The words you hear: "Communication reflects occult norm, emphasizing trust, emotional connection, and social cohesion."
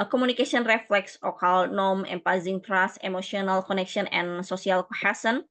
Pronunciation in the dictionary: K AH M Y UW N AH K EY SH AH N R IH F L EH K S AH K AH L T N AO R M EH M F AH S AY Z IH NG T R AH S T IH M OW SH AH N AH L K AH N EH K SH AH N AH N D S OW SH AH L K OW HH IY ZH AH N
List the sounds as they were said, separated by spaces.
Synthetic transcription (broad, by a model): K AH M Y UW N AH K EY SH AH N R IH F L EH K S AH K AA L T N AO M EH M P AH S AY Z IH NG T R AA S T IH M OW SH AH N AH L K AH N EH K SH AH N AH N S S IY AH L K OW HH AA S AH N